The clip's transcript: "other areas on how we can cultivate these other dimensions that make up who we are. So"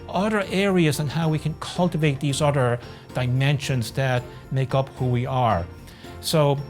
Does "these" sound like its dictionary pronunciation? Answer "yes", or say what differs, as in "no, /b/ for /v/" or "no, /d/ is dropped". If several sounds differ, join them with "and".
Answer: yes